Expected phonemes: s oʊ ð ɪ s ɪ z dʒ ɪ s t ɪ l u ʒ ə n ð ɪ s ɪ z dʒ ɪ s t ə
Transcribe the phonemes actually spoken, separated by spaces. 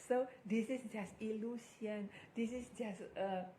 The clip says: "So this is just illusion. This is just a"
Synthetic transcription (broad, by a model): s oʊ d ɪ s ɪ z dʒ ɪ s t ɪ l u s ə n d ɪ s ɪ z dʒ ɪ s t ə